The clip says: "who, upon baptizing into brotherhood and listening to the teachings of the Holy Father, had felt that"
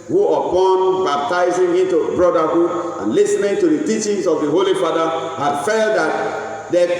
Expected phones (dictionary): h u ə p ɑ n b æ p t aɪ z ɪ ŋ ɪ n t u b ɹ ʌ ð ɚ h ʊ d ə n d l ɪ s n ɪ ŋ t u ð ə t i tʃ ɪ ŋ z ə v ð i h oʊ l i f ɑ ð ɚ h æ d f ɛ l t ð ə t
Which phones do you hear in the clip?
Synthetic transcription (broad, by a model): h u ə p ɑ n b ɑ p t aɪ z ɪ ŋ ɪ n t u b ɹ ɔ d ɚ h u d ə n l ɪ s n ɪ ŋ t u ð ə t i tʃ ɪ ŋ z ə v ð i h oʊ l i f ɑ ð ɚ h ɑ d f ɛ l t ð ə t